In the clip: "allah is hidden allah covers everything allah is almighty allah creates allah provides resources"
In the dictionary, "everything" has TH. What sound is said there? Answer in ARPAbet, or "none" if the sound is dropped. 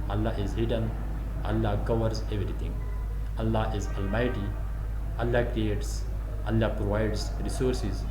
T